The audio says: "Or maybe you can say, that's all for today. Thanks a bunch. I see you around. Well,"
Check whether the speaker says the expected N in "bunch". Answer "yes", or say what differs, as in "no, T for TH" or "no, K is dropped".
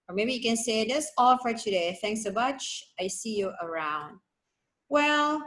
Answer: no, N is dropped